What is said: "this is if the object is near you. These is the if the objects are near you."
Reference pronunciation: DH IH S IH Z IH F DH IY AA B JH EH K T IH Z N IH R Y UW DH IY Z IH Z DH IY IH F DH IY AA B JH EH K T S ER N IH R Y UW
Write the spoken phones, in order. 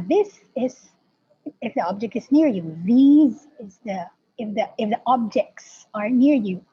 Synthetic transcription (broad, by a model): DH IH S IH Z IH F DH IY AA B JH EH K T IH Z N IH R Y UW DH IY Z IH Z DH IY IH F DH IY AA B JH EH K T S ER N IH R Y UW